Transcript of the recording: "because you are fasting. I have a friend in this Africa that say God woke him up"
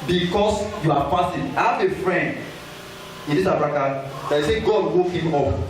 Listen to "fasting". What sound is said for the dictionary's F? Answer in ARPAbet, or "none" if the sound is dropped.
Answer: P